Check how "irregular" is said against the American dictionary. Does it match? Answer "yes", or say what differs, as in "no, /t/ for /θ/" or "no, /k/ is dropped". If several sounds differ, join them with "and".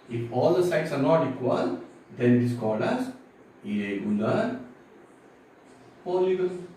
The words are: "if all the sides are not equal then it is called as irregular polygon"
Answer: no, /ɹ/ is dropped